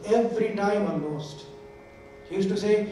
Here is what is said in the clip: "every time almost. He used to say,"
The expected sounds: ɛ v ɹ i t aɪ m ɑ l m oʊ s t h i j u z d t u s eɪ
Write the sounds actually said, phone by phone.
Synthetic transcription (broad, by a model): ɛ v ɹ i t aɪ m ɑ m oʊ s t h i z t u s eɪ